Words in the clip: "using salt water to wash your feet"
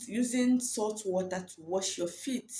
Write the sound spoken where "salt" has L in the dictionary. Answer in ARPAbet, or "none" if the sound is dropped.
none